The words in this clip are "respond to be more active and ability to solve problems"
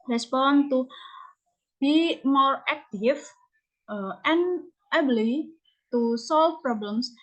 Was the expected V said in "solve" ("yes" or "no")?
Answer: no